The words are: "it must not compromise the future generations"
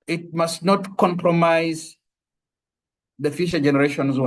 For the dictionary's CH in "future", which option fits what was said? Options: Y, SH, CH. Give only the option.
SH